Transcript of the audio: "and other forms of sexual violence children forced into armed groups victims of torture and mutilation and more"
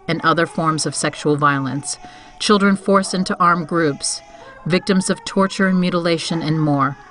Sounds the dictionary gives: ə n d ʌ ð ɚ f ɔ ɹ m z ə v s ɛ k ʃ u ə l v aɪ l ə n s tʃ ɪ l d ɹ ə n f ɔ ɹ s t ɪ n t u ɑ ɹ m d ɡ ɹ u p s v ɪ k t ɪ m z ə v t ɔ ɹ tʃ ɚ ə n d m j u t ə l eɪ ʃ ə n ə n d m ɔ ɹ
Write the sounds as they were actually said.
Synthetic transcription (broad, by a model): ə n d ʌ ð ɚ f ɔ ɹ m z ə v s ɛ k ʃ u l v aɪ l ə n s tʃ ɪ l d ɹ ə n f ɔ ɹ s ɪ n t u ɑ ɹ m ɡ ɹ u p s v ɪ k t ɪ m z ə v t ɔ ɹ tʃ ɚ ə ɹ m j u t ə l eɪ ʃ ə n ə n m ɔ ɹ